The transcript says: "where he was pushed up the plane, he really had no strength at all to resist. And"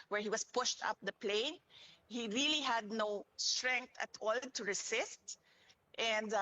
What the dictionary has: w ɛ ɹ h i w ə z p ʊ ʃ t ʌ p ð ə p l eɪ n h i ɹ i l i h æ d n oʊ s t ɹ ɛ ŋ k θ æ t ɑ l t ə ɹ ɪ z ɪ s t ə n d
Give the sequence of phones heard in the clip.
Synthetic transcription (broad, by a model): w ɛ ɹ h i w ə s p ʊ ʃ t ʌ p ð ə p l eɪ n h i ɹ i l i h æ d n oʊ s t ɹ ɛ ŋ k t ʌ t ɑ l t ə ɹ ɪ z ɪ s t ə n d